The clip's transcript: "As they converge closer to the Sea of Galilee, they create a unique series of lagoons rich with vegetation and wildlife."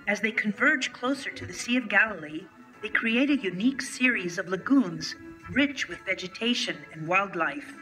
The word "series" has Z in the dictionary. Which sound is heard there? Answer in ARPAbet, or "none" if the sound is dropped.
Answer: Z